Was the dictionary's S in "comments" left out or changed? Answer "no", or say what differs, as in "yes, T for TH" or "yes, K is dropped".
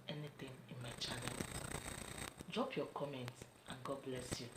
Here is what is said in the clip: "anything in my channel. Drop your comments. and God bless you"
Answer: no